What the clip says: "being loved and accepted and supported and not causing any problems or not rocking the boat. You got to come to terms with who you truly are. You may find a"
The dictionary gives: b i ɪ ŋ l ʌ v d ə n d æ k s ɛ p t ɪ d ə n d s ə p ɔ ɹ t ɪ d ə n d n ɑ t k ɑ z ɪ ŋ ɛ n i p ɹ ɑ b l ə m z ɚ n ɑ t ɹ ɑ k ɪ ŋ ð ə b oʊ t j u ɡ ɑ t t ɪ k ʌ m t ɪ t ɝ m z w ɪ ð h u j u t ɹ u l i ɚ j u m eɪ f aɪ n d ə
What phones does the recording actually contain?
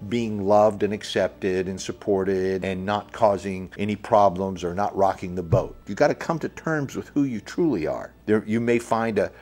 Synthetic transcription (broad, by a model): b i ɪ ŋ l ʌ v d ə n æ k s ɛ p t ɪ d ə n s ə p ɔ ɹ t ɪ d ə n n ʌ t k ɑ z ɪ ŋ ɛ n i p ɹ ɑ b l ə m z ɚ n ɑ t ɹ ɑ k ɪ ŋ ð ə b oʊ t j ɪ ɡ ɑ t t ɪ k ʌ m t ɪ t ɝ m z w ɪ ð h u j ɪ t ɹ u l i ɚ j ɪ m eɪ f aɪ n d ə